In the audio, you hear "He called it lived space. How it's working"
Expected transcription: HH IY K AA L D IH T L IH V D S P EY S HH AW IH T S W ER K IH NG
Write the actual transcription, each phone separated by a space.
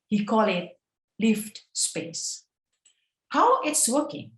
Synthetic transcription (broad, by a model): HH IY K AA L IH T L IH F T S P EY S HH AW IH T S W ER K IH NG